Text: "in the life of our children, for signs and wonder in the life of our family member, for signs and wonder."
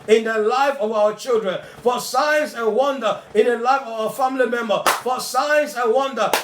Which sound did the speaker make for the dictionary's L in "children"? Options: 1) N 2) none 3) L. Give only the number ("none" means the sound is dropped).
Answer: 3